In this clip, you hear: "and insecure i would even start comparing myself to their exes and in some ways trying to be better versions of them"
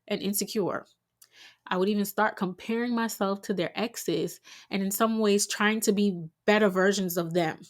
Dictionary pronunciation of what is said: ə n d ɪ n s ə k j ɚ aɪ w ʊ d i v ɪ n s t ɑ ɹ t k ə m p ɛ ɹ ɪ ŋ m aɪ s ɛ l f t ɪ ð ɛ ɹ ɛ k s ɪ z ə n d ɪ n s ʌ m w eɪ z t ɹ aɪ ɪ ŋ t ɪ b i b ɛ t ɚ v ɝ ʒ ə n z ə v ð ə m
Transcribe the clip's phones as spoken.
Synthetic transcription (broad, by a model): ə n ɪ n s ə k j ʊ aɪ w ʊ d i v ɪ n s t ɑ ɹ t k ə m p ɛ ɹ ɪ ŋ m aɪ s ɛ l f t ɪ ð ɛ ɹ ɛ k s ɪ z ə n ɪ n s ʌ m w eɪ z t ɹ aɪ ɪ ŋ t ɪ b i b ɛ t ɚ v ɝ ʒ ə n z ə v ð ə m